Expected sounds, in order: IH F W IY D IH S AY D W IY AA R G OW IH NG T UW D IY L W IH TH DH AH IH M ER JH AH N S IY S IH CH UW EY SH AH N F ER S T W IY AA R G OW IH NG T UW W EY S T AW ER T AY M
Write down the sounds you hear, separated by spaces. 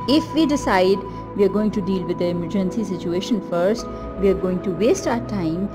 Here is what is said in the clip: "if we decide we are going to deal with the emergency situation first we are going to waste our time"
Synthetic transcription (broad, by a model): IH F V IY D IH S AY D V IY AA R G OW IH NG T UW D IY L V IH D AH IH M ER JH AH N S IY S IH CH UW EY SH AH N F ER S T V IY AA R G OW IH NG T UW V EY S T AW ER T AY M